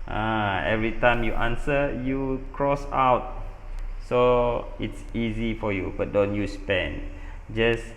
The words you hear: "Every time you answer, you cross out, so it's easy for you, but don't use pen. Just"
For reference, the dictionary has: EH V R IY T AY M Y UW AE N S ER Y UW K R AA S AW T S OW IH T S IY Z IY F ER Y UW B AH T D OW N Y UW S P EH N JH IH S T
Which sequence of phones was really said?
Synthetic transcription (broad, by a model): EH V R IY T AY M Y UW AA N S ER Y UW K R AA S AW T S OW IH T S IY Z IY F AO Y UW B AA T D OW N Y UW S P EH N JH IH S